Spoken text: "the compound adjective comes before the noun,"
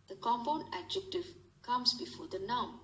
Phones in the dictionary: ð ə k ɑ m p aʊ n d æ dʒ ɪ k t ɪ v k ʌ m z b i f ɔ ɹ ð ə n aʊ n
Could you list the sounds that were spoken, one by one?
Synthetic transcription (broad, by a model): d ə k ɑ m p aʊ n æ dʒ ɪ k t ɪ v k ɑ m s b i f ɔ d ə n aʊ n